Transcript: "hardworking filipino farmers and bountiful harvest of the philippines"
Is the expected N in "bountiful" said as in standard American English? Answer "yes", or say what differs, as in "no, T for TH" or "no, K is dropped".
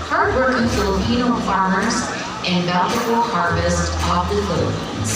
no, L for N